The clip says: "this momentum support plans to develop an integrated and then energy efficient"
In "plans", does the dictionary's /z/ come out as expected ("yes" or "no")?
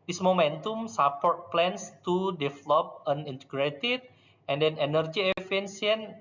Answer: no